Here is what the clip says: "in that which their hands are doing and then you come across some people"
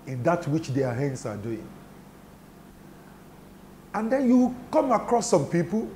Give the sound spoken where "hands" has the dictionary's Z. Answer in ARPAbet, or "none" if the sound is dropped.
S